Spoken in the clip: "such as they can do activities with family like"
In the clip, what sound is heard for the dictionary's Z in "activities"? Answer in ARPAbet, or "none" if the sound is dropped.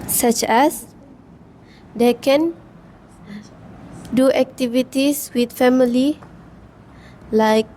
S